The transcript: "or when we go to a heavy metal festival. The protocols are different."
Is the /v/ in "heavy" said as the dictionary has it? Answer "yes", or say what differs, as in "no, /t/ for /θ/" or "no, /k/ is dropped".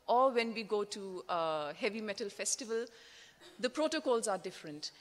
yes